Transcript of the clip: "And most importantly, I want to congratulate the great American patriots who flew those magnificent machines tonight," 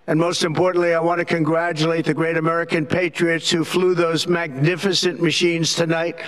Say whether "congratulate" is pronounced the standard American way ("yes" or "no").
yes